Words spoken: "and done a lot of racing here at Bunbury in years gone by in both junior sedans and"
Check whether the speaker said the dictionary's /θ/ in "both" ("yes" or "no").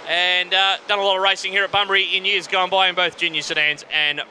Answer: yes